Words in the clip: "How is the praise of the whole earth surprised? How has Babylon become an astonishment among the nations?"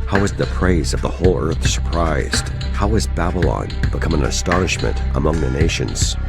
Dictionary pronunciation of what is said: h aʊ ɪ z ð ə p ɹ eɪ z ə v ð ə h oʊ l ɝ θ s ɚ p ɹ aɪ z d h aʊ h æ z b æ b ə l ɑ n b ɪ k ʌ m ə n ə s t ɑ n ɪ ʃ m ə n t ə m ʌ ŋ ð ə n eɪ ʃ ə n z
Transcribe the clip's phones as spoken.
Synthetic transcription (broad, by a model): h aʊ ɪ z ð ə p ɹ eɪ z ə v ð ə h oʊ l ɝ θ s ɚ p ɹ aɪ z d h aʊ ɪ z b æ b ə l ɑ n b ɪ k ʌ m ə n ə s t ɑ n ɪ ʃ m ə n t ə m ʌ ŋ ð ə n eɪ ʃ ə n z